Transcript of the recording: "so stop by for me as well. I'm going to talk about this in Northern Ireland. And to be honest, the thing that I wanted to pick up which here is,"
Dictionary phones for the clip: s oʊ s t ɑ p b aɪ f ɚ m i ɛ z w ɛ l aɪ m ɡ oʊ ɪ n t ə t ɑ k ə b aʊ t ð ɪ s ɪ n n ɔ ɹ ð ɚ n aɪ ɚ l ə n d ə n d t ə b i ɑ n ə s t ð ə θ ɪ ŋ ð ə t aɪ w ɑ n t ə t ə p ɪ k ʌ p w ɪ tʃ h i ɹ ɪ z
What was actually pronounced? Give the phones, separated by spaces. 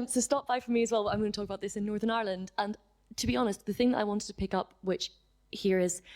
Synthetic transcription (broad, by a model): s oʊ s t ɑ p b aɪ f ɚ m i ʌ z w ɛ l aɪ m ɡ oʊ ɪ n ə t ɑ k ə b aʊ t ð ɪ s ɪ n n ɔ ɹ ð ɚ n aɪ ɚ l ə n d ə n t ə b i ɑ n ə s t ð ə θ ɪ ŋ ð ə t aɪ w ɑ n t ə t ə p ɪ k ʌ p w ɪ tʃ h i ɹ ɪ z